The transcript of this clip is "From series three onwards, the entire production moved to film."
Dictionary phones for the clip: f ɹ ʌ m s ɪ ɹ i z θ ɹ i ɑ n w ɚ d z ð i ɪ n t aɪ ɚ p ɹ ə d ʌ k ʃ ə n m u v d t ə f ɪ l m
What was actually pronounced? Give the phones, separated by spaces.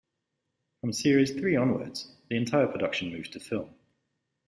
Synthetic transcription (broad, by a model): f ɹ ʌ m s ɪ ɹ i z θ ɹ i ɑ n w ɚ d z ð i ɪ n t aɪ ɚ p ɹ ə d ʌ k ʃ ə n m u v t ə f ɪ l m